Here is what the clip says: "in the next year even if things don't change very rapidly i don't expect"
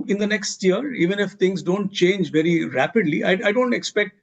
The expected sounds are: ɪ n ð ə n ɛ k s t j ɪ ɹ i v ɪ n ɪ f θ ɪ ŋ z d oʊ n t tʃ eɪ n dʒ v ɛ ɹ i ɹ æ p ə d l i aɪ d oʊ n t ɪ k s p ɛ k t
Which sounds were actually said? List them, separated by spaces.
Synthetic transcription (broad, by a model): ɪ n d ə n ɛ k s t j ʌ ɹ i v ɪ n ɪ f t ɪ ŋ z d oʊ n t tʃ eɪ n dʒ v ɛ ɹ i ɹ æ p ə d l i aɪ d oʊ n t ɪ k s p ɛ k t